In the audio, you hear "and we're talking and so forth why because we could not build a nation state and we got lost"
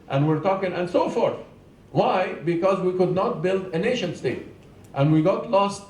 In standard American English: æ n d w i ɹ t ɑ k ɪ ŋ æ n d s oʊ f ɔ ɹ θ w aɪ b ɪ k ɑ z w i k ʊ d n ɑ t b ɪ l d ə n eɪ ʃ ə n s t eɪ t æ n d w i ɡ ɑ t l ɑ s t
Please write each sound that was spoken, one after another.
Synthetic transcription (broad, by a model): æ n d w i ɹ t ɑ k ɪ ŋ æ n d s oʊ f ɔ ɹ θ w aɪ b ɪ k ɑ z w i k ʊ d n ɑ t b ɪ l d ə n eɪ ʃ ə n s t eɪ t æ n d w i ɡ ɑ t l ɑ s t